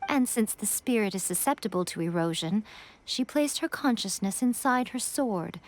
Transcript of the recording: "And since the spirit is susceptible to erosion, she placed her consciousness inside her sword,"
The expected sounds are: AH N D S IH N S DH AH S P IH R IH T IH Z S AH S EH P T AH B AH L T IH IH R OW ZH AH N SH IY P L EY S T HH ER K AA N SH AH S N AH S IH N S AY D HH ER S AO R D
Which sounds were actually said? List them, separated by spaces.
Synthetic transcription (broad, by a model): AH N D S IH N S DH AH S P IH R IH T IH Z S AH S EH P T AH B AH L T IH IH R OW ZH AH N SH IY P L EY S T HH ER K AA N SH AH S N AH S IH N S AY D HH ER S AO R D